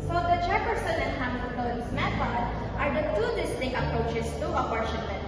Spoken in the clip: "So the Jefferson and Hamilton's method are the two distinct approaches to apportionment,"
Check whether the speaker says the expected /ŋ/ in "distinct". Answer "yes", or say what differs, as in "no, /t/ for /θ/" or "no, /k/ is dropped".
no, /ŋ/ is dropped